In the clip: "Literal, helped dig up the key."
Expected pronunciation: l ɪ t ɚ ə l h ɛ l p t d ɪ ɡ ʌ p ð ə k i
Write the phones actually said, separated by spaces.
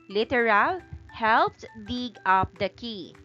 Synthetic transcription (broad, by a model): l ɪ t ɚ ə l h ɛ l p t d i ɡ ʌ p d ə k i